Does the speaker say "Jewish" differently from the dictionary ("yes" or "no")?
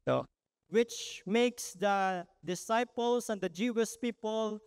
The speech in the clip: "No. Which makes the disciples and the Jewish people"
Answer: yes